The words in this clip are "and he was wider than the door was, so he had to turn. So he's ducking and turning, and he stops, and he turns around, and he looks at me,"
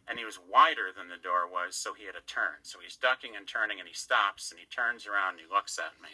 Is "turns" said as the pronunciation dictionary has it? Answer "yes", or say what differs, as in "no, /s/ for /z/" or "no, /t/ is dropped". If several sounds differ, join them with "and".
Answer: yes